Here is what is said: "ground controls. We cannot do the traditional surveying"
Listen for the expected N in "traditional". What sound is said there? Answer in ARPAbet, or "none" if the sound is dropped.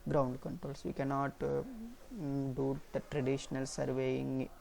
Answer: N